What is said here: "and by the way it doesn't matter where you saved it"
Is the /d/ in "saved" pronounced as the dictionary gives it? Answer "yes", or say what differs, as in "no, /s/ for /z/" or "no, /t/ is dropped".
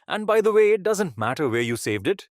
yes